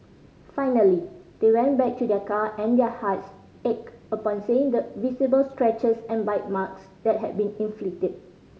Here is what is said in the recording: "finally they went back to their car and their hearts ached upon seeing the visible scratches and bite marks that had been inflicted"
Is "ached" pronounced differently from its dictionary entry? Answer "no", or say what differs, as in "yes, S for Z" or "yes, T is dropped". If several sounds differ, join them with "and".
yes, T is dropped